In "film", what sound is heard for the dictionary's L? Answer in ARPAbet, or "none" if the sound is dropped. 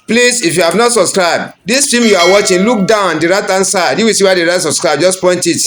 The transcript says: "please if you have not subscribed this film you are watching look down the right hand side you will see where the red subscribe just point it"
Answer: none